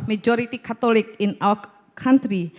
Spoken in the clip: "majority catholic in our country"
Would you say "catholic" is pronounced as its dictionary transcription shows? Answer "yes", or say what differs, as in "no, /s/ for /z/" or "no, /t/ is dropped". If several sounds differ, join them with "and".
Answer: no, /t/ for /θ/